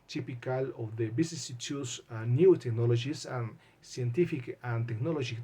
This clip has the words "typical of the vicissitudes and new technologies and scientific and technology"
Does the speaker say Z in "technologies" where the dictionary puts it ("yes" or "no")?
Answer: no